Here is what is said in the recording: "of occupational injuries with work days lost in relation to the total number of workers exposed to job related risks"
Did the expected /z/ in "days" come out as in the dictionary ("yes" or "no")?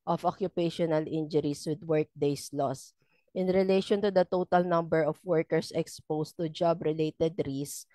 no